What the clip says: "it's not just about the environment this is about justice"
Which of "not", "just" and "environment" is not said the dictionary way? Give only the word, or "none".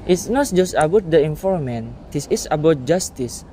environment